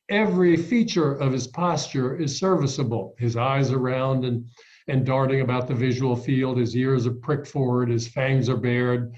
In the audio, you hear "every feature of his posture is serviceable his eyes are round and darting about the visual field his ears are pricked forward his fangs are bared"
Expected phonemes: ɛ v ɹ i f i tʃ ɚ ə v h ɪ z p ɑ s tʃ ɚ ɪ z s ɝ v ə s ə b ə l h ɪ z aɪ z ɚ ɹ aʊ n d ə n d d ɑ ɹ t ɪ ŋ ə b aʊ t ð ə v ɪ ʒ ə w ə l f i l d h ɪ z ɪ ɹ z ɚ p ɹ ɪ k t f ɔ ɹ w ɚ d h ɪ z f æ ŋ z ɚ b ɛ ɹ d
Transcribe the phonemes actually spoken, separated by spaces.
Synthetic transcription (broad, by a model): ɛ v ɹ i f i tʃ ɚ ə v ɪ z p ɑ s tʃ ɚ ɪ z s ɝ v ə s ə b l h ɪ z aɪ z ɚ ɹ aʊ n d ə n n d ɑ ɹ t ɪ ŋ ə b aʊ t ð ə v ɪ ʒ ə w l f i l d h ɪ z ɪ ɹ z ɚ p ɹ ɪ k t f ɔ ɹ w ɚ d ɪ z f æ ŋ z ɚ b ɛ ɹ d